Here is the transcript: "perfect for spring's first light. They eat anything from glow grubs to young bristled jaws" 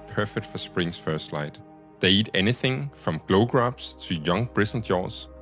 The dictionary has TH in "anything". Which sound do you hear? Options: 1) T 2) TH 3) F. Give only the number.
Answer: 2